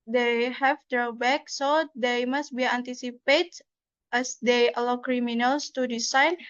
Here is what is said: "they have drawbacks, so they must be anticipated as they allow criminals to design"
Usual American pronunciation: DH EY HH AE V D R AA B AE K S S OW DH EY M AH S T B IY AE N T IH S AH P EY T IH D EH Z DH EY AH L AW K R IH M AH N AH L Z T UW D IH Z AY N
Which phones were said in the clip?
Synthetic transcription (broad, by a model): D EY HH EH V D R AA B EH K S S OW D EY M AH S T B IY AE N T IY S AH P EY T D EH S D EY AH L AW K R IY M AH N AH L S T UW D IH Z AY N